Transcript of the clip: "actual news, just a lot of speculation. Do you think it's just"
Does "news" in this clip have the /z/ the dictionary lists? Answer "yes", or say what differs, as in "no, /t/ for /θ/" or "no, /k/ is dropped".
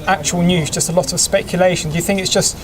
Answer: yes